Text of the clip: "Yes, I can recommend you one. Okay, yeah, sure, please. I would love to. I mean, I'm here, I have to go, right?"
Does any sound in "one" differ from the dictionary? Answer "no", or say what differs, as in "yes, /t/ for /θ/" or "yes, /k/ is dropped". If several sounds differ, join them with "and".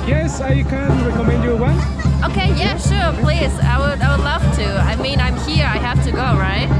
yes, /n/ is dropped